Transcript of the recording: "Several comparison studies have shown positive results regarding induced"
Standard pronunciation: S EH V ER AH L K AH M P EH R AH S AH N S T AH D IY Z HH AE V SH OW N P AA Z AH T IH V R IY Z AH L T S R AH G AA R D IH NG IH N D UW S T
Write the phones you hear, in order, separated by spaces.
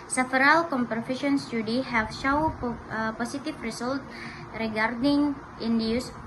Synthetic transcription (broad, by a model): S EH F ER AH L K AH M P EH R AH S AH N S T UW D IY HH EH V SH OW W P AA S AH T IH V R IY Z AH L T R AH G AA R D IH NG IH N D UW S